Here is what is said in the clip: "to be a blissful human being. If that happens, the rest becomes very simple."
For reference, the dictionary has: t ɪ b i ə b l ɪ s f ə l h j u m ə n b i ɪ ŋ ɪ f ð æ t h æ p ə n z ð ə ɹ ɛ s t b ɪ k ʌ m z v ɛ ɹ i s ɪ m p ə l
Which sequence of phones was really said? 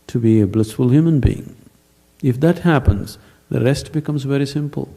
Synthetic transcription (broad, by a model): t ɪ b i ə b l ɪ s f ə l h j u m ə n b i ɪ ŋ ɪ f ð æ t h æ p ə n z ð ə ɹ ɛ s t b ɪ k ʌ m z v ɛ ɹ i s ɪ m p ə l